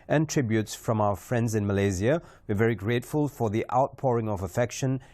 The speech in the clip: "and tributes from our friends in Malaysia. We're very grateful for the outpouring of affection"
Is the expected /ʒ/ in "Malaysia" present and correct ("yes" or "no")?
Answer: no